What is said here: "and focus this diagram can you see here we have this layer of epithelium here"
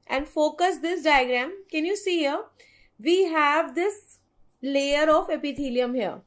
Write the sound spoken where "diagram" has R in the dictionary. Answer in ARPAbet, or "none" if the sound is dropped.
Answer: R